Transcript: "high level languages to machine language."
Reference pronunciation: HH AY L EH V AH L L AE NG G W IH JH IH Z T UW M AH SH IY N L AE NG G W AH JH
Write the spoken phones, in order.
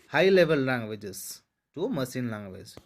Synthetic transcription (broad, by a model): HH AY L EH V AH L L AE NG G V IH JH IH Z T UW M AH S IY N L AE NG G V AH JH